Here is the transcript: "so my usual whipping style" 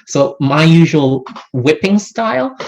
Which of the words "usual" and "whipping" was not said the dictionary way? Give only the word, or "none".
none